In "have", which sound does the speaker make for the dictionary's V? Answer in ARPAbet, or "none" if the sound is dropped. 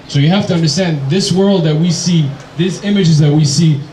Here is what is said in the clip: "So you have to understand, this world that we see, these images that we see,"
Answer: F